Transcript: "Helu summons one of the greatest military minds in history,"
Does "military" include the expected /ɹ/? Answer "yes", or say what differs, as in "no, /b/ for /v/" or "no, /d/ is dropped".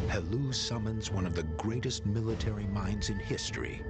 yes